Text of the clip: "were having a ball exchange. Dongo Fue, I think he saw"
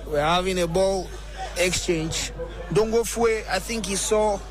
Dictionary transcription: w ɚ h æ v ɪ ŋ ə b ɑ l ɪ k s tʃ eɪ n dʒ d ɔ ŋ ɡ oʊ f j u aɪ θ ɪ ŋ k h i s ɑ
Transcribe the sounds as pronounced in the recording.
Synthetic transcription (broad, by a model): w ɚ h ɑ v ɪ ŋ ə b ɑ l ɪ k s tʃ eɪ n dʒ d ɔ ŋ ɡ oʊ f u aɪ θ ɪ ŋ k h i s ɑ